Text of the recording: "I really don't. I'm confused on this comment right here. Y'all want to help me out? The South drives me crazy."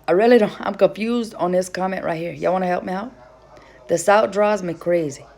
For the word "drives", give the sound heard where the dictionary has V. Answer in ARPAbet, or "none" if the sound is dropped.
none